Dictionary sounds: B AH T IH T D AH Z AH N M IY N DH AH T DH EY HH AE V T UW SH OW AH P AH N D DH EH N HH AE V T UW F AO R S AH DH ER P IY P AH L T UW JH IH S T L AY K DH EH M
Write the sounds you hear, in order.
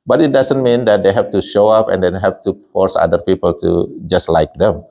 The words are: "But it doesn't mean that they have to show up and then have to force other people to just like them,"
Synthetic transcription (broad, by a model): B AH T IH T D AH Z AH N M IY N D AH T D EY HH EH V T UW SH OW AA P AH N D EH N HH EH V T UW F AO R S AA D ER P IY P AH L T UW JH IH S T L AY K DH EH M